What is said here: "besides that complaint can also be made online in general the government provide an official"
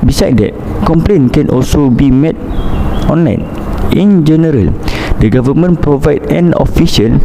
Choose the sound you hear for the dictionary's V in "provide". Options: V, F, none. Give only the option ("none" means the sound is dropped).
V